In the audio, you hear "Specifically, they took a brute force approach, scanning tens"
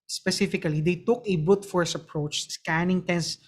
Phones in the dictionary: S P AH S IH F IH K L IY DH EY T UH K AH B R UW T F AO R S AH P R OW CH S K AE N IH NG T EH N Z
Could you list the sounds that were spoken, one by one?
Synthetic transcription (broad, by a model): S P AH S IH F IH K L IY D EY T UH K AH B UW T F AO R S AH P R OW CH S K AE N IH NG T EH N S